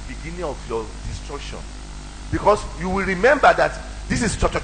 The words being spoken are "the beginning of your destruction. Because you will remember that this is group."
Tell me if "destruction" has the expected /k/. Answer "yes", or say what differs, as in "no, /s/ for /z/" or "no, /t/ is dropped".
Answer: yes